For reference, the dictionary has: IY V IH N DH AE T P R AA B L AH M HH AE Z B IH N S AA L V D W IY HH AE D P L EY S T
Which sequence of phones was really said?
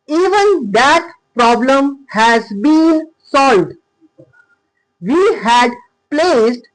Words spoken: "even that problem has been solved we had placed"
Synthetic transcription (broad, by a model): IY V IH N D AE T P R AA B L AH M HH AE Z B IH N S AA L V D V IY HH AE D P L EY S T